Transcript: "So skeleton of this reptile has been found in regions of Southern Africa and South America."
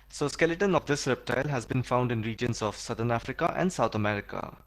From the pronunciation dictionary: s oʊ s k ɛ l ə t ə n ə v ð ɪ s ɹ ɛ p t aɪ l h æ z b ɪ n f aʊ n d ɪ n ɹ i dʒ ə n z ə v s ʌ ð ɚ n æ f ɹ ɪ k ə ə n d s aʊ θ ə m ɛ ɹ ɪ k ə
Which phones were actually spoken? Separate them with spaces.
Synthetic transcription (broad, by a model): s oʊ s k ɛ l ə t ə n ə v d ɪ s ɹ ɛ p t aɪ l h æ z b ɪ n f aʊ n d ɪ n ɹ i dʒ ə n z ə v s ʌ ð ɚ n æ f ɹ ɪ k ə ə n d s aʊ t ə m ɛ ɹ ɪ k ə